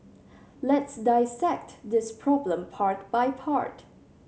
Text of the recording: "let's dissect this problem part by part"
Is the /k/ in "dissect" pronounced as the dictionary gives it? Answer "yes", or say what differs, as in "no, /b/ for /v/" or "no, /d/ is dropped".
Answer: yes